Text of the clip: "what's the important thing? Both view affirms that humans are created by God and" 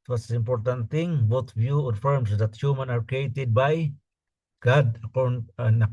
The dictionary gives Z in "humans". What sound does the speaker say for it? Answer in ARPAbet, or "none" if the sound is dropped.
none